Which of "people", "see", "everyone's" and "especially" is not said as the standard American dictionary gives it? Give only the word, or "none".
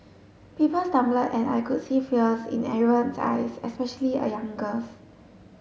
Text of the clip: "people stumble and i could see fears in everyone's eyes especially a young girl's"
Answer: everyone's